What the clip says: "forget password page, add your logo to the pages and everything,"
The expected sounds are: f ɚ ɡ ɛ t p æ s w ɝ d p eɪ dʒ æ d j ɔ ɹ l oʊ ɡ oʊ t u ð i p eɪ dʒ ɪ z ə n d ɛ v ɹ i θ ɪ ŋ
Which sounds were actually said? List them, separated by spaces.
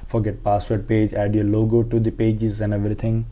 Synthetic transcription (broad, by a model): f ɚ ɡ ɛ t p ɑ s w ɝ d p eɪ dʒ æ d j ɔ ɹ l oʊ ɡ oʊ t u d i p eɪ dʒ ɪ z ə n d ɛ v ɹ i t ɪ ŋ